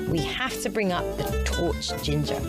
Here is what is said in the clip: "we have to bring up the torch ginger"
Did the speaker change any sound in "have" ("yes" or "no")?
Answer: yes